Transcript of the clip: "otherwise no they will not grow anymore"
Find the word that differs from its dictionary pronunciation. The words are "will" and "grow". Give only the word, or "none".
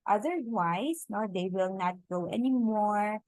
grow